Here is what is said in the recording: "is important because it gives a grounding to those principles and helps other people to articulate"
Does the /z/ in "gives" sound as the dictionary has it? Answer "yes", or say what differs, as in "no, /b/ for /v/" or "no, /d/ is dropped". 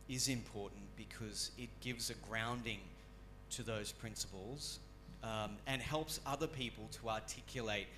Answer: yes